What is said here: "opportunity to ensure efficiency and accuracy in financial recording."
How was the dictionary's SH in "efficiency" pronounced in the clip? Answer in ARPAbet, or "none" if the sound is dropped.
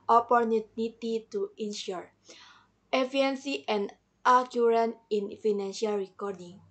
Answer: none